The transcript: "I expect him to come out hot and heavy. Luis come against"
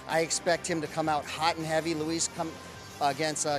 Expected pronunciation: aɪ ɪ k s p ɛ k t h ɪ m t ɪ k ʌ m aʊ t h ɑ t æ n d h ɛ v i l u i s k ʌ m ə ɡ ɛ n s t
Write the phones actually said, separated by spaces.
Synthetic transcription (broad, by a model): aɪ ɪ k s p ɛ k t h ɪ m t ɪ k ʌ m aʊ t h ɑ t n h ɛ v i l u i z k ʌ m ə ɡ ɛ n s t